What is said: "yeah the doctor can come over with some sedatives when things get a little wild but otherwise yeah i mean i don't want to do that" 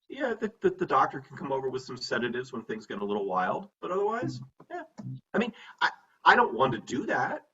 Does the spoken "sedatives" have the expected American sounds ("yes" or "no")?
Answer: yes